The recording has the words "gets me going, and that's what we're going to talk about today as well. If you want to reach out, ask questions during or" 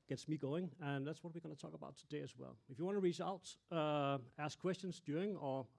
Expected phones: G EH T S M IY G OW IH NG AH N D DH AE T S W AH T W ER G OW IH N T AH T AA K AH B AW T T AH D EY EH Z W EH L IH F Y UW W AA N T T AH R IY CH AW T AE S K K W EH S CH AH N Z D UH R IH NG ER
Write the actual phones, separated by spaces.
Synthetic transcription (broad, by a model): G EH T S M IY G OW IH NG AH N DH AE T S W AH T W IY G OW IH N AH T AA K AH B AW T T AH D EY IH Z W EH L IH F Y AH W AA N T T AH R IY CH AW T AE S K K W EH S CH AH N Z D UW IH NG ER